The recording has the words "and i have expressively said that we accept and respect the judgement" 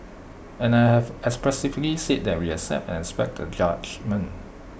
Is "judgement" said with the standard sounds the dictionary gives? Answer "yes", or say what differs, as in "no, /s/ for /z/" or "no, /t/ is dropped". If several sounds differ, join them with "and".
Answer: no, /t/ is dropped